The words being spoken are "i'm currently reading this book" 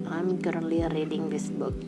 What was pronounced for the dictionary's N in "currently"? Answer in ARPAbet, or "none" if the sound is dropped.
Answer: none